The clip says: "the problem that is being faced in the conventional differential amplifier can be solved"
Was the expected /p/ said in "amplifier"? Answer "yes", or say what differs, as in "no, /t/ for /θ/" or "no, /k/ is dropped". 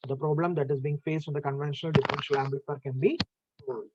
no, /b/ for /p/